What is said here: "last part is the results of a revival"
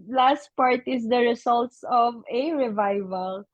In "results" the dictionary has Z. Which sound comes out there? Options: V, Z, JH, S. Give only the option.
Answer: S